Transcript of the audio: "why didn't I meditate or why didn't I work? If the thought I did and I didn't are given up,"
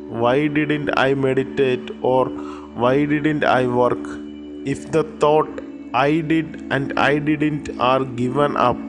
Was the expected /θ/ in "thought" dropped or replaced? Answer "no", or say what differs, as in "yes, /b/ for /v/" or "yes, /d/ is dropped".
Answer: yes, /t/ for /θ/